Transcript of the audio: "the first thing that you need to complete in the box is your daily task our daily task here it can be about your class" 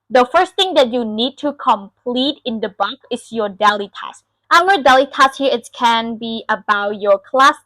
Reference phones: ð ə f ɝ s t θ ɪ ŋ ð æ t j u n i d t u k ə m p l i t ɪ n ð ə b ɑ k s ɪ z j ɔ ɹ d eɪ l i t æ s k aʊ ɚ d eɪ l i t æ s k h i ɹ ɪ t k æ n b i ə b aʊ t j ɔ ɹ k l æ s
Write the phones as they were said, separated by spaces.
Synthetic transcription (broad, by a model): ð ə f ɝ s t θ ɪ ŋ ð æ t j u n i d t u k ə m p l i t ɪ n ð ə b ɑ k ɪ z j ɔ ɹ d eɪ l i t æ s aʊ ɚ d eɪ l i t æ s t h i ɹ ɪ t k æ n b i ə b aʊ t j ɔ ɹ k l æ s